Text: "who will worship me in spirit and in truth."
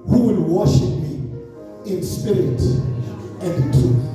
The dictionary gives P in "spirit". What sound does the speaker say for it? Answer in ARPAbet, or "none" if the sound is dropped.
P